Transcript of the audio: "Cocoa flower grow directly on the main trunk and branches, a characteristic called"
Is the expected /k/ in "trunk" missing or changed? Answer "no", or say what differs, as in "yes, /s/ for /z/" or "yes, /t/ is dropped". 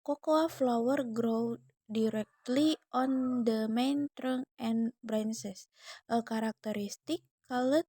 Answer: yes, /k/ is dropped